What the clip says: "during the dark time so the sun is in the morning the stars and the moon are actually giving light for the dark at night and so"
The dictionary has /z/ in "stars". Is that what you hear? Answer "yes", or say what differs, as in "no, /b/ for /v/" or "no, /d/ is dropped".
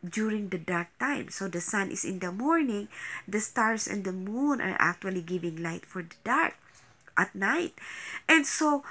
no, /s/ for /z/